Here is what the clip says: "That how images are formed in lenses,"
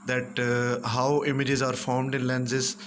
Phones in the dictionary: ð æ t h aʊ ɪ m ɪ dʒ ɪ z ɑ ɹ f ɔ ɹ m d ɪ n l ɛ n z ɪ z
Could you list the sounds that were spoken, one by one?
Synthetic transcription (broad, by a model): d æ t h aʊ ɪ m ɪ dʒ ɪ z ɑ ɹ f ɔ ɹ m d ɪ n l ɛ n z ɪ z